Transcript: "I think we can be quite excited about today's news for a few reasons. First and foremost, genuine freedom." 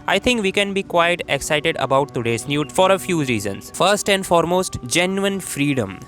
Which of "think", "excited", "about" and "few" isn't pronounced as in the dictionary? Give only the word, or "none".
think